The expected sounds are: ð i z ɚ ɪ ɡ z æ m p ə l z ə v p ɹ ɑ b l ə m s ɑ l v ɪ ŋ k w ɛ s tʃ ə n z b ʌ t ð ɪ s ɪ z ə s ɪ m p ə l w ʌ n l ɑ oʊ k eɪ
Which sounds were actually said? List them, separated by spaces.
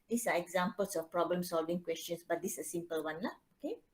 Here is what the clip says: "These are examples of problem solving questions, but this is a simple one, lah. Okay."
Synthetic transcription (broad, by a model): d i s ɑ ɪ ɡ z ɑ m p ə l s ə f p ɹ ɑ b l ə m s ɑ l v ɪ ŋ k w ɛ s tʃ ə n s b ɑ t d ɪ s ə s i m p ə l w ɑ n l ɑ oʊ k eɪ